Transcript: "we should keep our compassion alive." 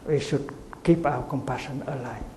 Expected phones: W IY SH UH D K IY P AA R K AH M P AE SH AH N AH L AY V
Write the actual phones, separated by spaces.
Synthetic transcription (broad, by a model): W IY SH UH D K IY P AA W K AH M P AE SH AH N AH L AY